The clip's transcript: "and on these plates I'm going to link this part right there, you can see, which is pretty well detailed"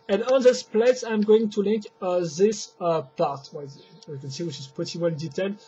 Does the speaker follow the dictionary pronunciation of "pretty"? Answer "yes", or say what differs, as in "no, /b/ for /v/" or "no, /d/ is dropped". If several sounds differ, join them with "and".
no, /ɹ/ is dropped